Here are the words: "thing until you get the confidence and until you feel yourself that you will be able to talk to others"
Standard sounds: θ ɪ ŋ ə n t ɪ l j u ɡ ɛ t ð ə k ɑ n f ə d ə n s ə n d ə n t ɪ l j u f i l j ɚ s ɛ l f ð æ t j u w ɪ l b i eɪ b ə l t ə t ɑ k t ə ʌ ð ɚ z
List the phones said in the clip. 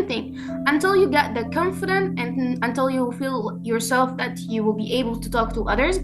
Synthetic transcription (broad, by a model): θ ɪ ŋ ə n t ɪ l j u ɡ ɛ t ð ə k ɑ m f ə d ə n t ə n ə n t ɪ l j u f i l j ɚ s ɛ l f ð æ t j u w ɪ l b i eɪ b ə l t ə t ɑ k t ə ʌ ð ɚ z